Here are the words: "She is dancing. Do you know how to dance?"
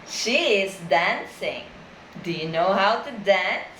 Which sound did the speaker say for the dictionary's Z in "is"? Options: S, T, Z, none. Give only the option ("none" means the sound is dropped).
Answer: Z